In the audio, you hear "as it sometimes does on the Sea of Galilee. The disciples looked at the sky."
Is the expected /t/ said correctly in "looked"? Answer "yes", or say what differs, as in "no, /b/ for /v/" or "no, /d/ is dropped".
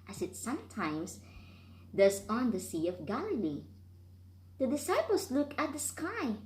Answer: no, /t/ is dropped